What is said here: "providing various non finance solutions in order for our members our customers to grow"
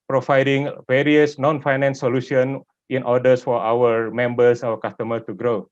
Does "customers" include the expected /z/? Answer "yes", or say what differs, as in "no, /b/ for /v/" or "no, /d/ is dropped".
no, /z/ is dropped